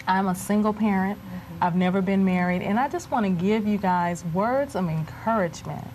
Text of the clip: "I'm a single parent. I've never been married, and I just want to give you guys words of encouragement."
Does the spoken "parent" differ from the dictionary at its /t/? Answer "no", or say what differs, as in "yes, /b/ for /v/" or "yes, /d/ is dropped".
no